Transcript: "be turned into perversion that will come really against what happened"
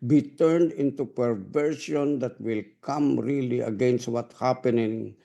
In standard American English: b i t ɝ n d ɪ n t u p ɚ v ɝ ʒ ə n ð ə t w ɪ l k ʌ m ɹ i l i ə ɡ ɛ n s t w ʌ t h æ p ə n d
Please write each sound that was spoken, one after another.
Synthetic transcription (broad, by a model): b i t ɝ n d ɪ n t u p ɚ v ɝ ʃ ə n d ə t w ɪ l k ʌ m ɹ i l i ə ɡ ɛ n s t w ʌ t h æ p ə n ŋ